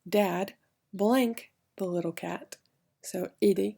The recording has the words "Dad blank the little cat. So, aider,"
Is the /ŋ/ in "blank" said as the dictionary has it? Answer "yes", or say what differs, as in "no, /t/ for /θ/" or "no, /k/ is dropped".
yes